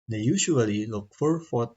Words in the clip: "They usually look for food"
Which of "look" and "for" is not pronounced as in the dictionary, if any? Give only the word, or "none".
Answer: none